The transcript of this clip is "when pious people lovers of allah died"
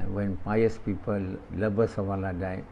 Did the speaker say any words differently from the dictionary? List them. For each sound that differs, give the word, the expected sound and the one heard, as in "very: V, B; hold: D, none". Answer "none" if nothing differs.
lovers: V, B; lovers: Z, S